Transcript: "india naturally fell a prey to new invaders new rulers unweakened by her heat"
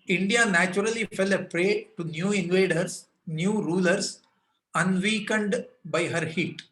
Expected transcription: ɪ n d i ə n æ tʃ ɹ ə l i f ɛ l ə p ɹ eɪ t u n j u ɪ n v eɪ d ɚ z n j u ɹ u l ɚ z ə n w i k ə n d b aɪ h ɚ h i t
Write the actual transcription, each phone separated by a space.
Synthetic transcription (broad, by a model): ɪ n d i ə n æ tʃ ɹ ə l i f ɛ l ə p ɹ eɪ t u n j u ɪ n v eɪ d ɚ s n j u ɹ u l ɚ s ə n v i k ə n d b aɪ h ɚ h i t